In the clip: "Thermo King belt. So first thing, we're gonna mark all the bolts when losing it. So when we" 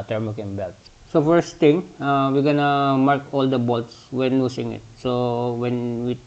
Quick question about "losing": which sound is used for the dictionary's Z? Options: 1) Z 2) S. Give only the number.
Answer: 2